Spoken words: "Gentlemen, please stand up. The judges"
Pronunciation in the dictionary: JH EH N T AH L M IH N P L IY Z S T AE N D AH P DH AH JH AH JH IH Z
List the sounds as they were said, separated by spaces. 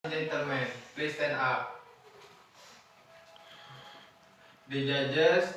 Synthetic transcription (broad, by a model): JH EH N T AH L M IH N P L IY S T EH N AA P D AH JH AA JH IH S